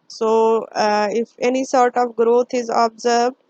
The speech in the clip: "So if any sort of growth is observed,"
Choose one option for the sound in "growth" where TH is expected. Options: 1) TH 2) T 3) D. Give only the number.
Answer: 2